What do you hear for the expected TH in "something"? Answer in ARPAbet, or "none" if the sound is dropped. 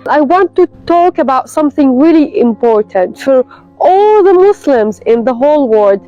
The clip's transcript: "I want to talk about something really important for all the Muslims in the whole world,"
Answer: TH